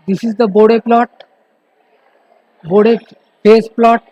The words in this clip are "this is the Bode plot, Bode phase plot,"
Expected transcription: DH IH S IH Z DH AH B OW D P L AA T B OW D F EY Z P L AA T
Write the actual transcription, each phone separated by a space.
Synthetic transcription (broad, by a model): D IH S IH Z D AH B OW D P L AA T B OW D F EY S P L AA T